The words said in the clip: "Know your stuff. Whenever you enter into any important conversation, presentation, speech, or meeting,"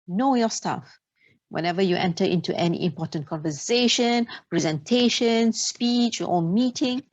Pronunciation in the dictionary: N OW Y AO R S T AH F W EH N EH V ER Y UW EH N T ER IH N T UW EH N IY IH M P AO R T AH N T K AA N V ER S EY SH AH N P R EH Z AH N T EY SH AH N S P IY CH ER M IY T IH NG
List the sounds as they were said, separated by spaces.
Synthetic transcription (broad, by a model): N OW Y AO S T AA F W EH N EH V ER Y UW EH N T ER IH N T UW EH N IY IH M P AO T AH N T K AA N V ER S EY SH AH N P R EH Z AH N T EY SH AH N S P IY CH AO M IY T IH NG